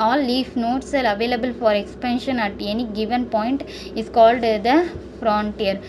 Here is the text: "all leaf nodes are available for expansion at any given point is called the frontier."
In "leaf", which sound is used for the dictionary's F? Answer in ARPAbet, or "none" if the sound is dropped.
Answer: F